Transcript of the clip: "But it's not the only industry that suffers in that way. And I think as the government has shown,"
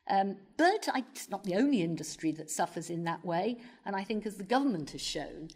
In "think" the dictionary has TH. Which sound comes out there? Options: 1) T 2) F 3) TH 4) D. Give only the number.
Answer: 3